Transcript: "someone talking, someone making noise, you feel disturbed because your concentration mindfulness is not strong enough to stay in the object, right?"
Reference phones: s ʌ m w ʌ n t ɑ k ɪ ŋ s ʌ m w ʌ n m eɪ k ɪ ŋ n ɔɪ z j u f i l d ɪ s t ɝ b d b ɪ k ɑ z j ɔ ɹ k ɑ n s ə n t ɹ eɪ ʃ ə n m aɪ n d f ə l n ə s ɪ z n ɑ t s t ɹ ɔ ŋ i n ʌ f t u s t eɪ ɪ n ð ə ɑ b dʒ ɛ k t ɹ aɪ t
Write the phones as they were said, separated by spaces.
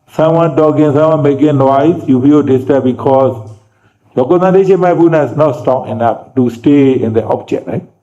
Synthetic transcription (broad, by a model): s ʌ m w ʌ n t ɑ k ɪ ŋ s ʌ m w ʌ n m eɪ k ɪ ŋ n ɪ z j u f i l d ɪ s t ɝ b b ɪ k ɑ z j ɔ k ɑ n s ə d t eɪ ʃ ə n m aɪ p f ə n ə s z n ɑ t s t ɔ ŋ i n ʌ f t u s t eɪ ɪ n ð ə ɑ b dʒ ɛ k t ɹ aɪ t